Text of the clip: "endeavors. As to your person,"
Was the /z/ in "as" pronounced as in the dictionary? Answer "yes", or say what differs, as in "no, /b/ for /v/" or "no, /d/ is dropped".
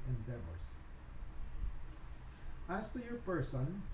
no, /s/ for /z/